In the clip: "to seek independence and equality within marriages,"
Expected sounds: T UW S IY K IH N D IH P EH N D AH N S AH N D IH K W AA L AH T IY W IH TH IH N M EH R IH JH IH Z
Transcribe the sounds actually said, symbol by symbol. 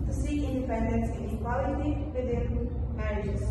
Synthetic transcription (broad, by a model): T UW S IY IH N D IH P EH N D AH N S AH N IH K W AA L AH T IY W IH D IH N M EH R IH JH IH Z